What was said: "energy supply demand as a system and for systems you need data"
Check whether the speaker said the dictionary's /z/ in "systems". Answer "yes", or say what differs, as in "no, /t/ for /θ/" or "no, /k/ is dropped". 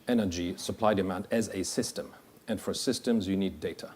yes